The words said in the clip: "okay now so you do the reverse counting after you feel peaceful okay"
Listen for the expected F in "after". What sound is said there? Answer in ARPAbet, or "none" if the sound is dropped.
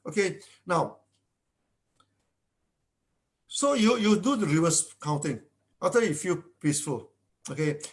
none